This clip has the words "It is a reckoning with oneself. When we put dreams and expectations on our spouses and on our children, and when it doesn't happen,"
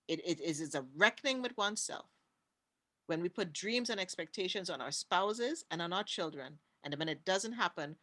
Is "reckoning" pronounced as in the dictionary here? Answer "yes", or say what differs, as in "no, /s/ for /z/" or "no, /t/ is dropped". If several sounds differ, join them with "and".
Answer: yes